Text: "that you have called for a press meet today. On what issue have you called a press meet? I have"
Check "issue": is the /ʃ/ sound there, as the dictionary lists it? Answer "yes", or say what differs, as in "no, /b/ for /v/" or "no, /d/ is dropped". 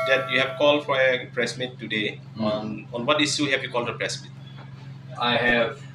no, /s/ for /ʃ/